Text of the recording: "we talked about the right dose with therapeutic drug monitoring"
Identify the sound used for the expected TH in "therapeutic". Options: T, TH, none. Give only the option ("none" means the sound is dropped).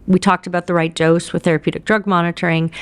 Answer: TH